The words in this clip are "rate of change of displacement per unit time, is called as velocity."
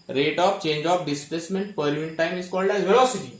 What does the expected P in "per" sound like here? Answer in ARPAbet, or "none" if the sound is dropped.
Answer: P